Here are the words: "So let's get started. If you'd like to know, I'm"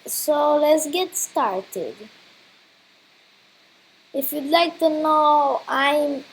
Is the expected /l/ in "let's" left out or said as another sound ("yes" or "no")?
no